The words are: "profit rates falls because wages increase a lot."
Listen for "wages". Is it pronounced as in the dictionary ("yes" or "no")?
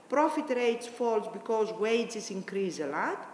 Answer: no